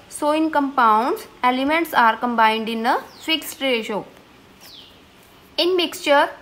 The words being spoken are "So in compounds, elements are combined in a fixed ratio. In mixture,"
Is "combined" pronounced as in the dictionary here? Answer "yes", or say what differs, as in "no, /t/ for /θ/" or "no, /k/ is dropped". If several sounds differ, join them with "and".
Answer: yes